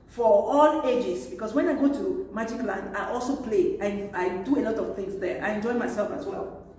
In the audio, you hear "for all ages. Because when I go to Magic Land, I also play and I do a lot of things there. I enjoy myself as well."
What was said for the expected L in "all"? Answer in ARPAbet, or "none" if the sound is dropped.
L